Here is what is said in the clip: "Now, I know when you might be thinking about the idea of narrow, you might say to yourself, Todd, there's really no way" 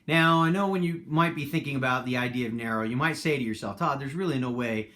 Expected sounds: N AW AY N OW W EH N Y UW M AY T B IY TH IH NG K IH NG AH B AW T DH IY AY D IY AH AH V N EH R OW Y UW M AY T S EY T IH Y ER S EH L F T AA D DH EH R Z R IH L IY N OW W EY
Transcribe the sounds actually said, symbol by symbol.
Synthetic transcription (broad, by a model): N AW AY N OW W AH N Y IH M AY T B IY TH IH NG K IH NG AH B AW T DH IY AY D IY AH AH V N EH R OW Y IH M AY T S EY T IH Y ER S EH L F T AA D DH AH R Z R IH L IY N OW W EY